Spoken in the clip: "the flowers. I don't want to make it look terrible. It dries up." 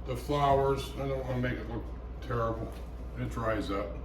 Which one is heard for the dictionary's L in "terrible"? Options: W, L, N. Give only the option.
N